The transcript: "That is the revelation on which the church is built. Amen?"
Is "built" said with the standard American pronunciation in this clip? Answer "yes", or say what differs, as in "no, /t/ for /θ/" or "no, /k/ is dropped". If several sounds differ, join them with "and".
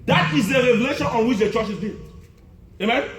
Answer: no, /t/ is dropped